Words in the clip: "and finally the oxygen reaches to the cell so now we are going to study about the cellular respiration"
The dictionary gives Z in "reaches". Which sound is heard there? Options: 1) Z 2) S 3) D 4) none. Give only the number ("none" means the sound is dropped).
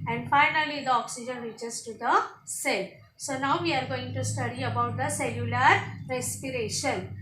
2